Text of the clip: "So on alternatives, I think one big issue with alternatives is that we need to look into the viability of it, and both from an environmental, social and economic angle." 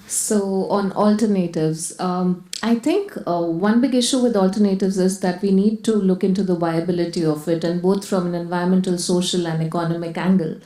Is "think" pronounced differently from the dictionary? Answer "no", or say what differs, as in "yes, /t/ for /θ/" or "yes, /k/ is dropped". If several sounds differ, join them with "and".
yes, /t/ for /θ/